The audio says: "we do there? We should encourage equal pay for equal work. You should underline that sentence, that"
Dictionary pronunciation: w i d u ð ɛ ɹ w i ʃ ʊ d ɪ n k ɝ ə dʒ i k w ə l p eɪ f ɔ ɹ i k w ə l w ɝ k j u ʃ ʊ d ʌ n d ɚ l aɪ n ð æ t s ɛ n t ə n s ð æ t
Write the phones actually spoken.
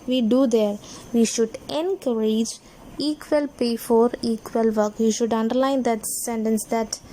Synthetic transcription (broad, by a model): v i d u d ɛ ɹ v i ʃ ʊ d ɪ n k ɝ ə dʒ i k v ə l p eɪ f ɔ ɹ i k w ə l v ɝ k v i ʃ ʊ d ʌ n d ɚ l aɪ n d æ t s ɛ n t ə n s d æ t